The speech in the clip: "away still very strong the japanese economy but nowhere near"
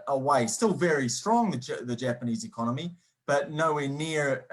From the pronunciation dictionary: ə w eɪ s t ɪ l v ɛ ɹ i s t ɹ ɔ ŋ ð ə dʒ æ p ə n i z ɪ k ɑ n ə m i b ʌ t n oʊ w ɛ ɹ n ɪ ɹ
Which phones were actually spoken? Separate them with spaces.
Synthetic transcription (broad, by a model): ə w eɪ s t ɪ l v ɛ ɹ i s t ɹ ɔ ŋ ð ə dʒ æ p ə n i z ɪ k ɑ n ə m i b ʌ t n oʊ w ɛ n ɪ ɹ